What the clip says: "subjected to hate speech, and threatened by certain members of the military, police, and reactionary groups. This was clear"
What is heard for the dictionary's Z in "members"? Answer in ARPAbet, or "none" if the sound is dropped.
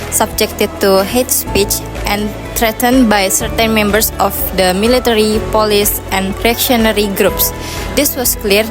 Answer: S